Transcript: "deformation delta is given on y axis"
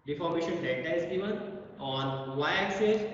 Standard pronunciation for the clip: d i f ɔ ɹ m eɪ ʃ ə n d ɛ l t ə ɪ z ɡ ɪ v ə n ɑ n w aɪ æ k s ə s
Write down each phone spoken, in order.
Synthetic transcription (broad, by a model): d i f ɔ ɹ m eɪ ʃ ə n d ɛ t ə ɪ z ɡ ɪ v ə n ɑ n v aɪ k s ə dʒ